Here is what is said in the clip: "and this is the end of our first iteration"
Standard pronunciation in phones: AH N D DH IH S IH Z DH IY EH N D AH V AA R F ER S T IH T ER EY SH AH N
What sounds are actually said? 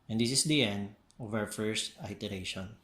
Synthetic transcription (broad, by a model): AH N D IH S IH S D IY EH N D AH V AA W F ER S T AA T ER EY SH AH N